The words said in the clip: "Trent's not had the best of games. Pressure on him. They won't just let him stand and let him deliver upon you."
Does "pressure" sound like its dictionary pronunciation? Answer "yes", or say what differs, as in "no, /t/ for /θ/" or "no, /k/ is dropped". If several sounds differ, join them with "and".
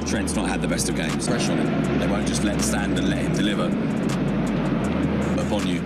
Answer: no, /ɹ/ is dropped